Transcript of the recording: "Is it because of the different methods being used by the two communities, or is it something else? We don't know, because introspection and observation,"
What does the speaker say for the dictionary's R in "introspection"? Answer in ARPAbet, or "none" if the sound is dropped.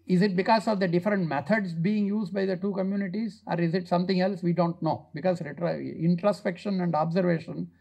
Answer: R